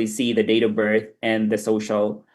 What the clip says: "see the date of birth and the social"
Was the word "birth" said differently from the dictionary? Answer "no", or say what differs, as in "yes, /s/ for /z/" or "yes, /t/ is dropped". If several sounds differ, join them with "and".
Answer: no